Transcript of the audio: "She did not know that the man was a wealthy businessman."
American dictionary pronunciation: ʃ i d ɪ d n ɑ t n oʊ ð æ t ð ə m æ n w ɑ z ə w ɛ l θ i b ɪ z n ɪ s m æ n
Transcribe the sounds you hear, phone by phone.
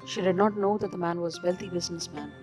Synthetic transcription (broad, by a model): ʃ i d ɪ d n ɑ t n oʊ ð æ t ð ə m æ n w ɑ z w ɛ l t i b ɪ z n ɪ s m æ n